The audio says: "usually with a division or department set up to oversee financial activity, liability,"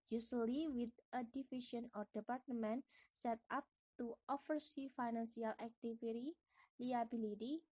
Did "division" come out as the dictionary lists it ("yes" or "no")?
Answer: no